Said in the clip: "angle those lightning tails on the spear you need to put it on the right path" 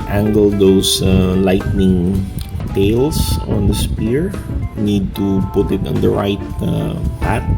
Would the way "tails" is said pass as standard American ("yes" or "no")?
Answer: no